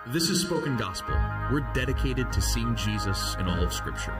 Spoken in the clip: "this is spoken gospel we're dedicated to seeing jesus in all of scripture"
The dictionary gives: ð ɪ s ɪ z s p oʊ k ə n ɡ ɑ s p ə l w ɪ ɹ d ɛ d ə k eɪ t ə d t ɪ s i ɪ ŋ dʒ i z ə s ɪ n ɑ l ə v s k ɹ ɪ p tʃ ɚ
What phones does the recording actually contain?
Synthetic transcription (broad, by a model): ð ɪ s ɪ z s p oʊ k ə n ɡ ɑ s p l w ɪ ɹ d ɛ d ə k eɪ t ə d t ɪ s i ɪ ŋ dʒ i z ə s ɪ n ɑ l ə v s k ɹ ɪ p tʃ ɚ